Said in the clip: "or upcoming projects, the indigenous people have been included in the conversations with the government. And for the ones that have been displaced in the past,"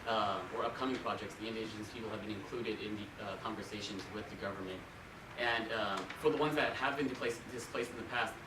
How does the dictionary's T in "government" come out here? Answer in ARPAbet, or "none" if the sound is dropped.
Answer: T